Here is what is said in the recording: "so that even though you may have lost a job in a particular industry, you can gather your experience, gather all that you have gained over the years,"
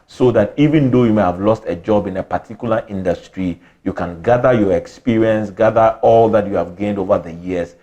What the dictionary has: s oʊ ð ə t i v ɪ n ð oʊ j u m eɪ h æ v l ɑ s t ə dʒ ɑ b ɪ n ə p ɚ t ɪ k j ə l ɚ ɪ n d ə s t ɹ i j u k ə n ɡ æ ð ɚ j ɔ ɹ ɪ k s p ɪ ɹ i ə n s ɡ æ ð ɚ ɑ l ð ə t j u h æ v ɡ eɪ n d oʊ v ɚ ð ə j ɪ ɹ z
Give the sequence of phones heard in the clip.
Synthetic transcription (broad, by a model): s oʊ ð ə t i v ɪ n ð oʊ j u m eɪ h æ v l ɑ s t ə dʒ ɑ b ɪ n ə p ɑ t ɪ k j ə l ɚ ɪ n d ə s t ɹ i j u k ə n ɡ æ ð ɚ j ɔ ɹ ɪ k s p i ɹ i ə n s ɡ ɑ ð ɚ ɑ l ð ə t j u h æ v ɡ eɪ n d oʊ v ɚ ð ə j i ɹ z